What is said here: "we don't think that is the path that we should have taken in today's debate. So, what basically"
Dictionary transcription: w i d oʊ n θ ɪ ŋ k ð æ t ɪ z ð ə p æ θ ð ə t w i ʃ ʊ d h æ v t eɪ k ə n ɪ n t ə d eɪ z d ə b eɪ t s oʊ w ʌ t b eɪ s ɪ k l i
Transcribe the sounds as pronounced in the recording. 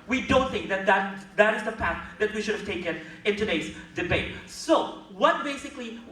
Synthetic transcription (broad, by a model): w i d oʊ n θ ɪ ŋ k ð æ t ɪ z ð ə p æ θ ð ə t w i ʃ ʊ d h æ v t eɪ k ə n ɪ n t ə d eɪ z d ə b eɪ t s oʊ w ʌ t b eɪ s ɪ k l i